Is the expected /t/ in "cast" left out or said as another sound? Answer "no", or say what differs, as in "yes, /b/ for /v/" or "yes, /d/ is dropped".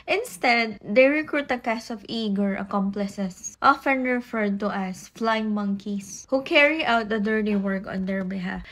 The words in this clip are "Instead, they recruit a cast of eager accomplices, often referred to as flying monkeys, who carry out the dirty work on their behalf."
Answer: yes, /t/ is dropped